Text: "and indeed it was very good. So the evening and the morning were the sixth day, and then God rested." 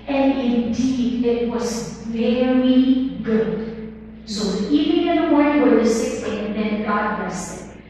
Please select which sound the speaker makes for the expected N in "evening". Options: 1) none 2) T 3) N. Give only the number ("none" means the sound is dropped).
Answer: 1